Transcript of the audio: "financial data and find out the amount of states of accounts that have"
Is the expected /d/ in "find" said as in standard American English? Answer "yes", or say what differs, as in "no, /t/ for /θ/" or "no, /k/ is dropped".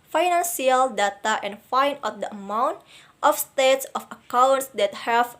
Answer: no, /d/ is dropped